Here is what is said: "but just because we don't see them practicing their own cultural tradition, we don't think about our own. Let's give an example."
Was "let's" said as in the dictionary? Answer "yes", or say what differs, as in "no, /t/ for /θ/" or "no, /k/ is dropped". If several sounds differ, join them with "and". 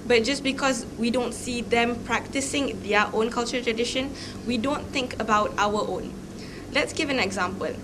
yes